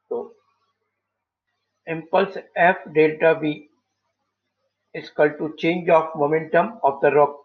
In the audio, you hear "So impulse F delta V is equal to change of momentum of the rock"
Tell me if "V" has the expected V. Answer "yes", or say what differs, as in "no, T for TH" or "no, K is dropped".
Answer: no, B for V